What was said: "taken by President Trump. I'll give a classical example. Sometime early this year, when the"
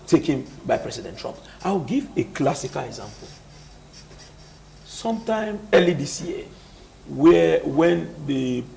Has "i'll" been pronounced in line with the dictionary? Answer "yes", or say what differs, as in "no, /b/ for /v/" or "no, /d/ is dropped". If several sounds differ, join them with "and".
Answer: no, /w/ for /l/